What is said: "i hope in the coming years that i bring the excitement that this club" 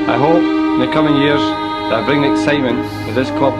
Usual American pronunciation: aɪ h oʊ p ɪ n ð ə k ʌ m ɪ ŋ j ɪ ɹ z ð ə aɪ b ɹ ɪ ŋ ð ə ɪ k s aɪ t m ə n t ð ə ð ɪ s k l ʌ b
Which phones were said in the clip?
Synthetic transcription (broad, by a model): aɪ h oʊ p ɪ n ð ə k ʌ m ɪ ŋ j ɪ ɹ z ð ə aɪ b ɹ ɪ ŋ ɪ k s aɪ t m ə n t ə ð ɪ s k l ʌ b